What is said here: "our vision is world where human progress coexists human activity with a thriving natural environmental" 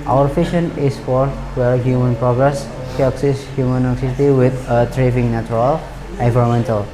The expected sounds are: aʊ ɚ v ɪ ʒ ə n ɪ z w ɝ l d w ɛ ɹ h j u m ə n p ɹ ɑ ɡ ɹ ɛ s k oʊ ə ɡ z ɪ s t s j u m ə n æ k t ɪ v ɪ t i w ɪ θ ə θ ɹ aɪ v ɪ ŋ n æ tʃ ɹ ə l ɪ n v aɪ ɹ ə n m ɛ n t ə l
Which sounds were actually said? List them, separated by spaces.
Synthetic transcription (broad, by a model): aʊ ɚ f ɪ ʃ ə n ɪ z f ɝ d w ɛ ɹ h j u m ə n p ɹ ɑ ɡ ɹ ɛ s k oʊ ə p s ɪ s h j u m ə n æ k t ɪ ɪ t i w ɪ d ə t ɹ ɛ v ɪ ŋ n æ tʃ ɹ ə l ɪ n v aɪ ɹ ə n m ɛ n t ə l